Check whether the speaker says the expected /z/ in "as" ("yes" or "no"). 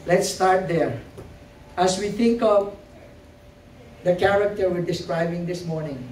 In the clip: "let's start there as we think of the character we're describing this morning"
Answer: no